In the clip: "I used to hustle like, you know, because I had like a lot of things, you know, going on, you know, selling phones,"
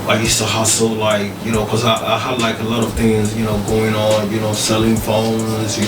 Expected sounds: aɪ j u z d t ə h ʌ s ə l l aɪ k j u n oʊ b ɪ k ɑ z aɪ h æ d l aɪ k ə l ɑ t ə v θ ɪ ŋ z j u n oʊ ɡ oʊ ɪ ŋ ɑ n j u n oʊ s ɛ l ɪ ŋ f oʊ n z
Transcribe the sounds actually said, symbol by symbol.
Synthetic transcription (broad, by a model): aɪ j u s t ə h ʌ s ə l l aɪ k j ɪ n oʊ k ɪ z ɑ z aɪ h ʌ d l aɪ k ə l ɑ t ə v θ ɪ ŋ z j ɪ n oʊ ɡ oʊ ɪ ŋ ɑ n j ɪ n oʊ s ɛ l ɪ ŋ f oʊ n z